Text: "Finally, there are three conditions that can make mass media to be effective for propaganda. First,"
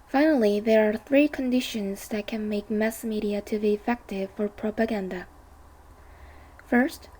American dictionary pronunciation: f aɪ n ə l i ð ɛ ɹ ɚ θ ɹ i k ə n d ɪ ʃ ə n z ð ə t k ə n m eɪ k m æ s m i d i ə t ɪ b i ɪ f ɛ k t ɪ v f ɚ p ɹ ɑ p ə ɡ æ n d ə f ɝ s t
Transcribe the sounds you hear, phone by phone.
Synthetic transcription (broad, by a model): f aɪ n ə l i ð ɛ ɹ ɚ θ ɹ i k ə n d ɪ ʃ ə n z ð ə t k ə n m eɪ k m æ s m i d i ə t ɪ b i ɪ f ɛ k t ɪ v f ɚ p ɹ ɑ p ə ɡ æ n d ə f ɝ s t